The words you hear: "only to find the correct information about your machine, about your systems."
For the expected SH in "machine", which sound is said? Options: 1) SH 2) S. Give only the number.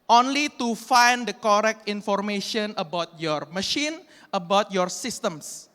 1